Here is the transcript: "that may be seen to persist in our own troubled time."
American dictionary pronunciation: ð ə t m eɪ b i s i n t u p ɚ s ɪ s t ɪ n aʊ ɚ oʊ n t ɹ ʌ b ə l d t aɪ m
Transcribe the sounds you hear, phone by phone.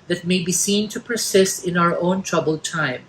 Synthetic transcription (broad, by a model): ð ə t m eɪ b i s i n t u p ɚ s ɪ s t ɪ n aʊ ɚ oʊ n t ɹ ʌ b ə l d t aɪ m